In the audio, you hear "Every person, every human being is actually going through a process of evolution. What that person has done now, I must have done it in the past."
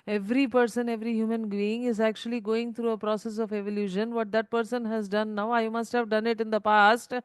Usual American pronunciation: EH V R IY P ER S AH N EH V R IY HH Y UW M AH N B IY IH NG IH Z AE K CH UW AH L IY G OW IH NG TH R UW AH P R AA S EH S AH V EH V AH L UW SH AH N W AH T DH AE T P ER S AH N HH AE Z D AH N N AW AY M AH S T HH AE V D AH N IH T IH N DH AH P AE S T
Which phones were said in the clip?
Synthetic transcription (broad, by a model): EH V R IY P ER S AH N EH V R IY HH Y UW M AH N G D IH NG IH Z AE K CH UW AH L IY G OW IH NG T R UW AH P R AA S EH S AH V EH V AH L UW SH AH N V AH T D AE T P ER S AH N HH AE Z D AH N N AW AY M AH S T HH AE V D AH N IH T IH N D AH P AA S T